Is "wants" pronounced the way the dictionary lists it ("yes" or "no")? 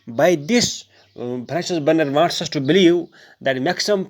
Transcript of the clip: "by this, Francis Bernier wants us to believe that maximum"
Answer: no